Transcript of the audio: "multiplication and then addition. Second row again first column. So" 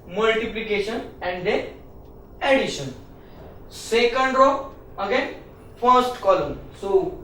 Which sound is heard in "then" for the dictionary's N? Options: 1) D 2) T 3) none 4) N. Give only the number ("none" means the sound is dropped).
3